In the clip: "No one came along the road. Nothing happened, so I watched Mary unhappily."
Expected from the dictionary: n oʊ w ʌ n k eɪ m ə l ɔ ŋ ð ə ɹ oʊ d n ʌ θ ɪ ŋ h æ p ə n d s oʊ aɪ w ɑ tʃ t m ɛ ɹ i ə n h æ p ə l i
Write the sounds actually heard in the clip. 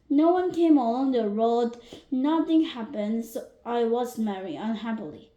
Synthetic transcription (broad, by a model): n oʊ w ʌ n k eɪ m ə l ɔ ŋ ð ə ɹ oʊ d n ʌ θ ɪ ŋ h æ p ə n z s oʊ aɪ w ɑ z m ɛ ɹ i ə n h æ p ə l i